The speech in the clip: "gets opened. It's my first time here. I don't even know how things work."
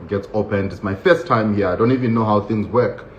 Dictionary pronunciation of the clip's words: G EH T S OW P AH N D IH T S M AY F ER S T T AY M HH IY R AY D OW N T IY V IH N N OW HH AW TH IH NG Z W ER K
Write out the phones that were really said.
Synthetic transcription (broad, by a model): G EH T S OW P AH N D IH T S M AY F ER S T T AY M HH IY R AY D OW N T IY V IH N N OW HH AW TH IH NG Z W ER K